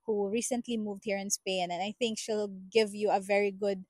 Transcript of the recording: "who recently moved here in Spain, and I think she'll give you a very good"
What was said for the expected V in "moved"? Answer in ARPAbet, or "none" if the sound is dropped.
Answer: V